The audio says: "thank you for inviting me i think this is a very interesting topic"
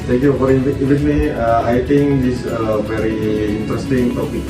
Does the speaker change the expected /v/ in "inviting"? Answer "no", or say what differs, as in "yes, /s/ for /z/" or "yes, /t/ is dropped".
yes, /v/ is dropped